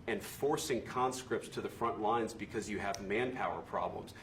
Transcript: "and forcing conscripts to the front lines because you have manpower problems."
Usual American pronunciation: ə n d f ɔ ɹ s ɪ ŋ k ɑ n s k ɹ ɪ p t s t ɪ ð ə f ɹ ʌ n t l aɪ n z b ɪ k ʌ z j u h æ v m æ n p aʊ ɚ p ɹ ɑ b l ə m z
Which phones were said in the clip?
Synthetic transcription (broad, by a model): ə n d f ɔ ɹ s ɪ ŋ k ɑ n s k ɹ ɪ p t s t ɪ ð ə f ɹ ʌ n t l aɪ n z b ɪ k ʌ z j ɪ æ v m æ n p aʊ ɚ p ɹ ɑ b l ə m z